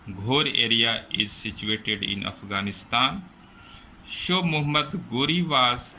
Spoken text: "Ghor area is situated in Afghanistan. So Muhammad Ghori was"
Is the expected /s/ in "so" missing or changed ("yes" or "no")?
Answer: yes